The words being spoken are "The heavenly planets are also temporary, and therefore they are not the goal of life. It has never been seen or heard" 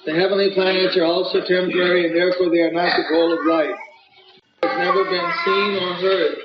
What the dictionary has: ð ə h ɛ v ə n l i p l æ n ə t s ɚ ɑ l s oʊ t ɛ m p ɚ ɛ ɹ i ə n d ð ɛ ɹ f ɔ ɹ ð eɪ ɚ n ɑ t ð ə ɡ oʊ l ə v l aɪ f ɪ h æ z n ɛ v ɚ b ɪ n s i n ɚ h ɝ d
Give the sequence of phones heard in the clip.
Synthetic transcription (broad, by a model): ð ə h ɛ v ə n l i p l æ n ə t s ɚ ɑ l s oʊ t ɛ m p ɚ ɛ ɹ i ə n ð ɛ ɹ f ɔ ɹ ð eɪ ɚ n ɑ t ð ə ɡ oʊ l ə v l aɪ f ɪ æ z n ɛ v ɚ b ɪ n s i n ɚ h ɝ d